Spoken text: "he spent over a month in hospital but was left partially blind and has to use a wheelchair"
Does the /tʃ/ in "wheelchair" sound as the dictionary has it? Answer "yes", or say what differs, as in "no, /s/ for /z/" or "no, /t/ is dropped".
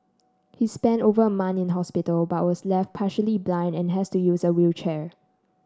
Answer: yes